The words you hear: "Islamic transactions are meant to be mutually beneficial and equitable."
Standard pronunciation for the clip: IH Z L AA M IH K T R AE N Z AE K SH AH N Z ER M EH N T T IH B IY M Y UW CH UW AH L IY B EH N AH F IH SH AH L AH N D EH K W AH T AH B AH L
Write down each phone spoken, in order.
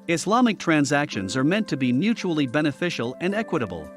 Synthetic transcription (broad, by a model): IH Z L AA M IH K T R AE N Z AE K SH AH N Z ER M EH N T T IH B IY M Y UW CH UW L IY B EH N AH F IH SH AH L AH N D EH K W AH T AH B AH L